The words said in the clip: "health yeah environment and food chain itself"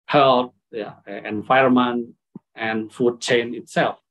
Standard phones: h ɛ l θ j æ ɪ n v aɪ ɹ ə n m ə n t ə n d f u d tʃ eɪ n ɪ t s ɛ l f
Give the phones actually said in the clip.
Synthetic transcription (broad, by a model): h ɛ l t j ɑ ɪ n f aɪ ə m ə n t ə n f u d tʃ eɪ n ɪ t s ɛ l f